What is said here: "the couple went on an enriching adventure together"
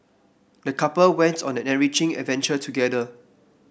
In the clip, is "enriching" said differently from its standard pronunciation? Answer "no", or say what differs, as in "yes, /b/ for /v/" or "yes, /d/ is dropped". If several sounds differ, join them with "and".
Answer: yes, /n/ is dropped